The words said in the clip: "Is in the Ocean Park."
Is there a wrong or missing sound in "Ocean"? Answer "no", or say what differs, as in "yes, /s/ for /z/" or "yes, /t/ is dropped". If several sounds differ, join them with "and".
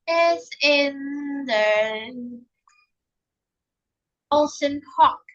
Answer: yes, /s/ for /ʃ/